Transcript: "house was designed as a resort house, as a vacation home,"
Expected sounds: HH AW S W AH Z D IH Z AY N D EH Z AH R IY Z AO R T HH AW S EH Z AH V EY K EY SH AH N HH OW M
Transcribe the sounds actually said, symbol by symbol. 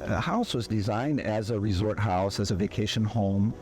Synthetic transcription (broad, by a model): HH AW S W AH Z D IH Z AY N D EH Z AH R IY Z AO R T HH AW S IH Z AH V EY K EY SH AH N HH OW M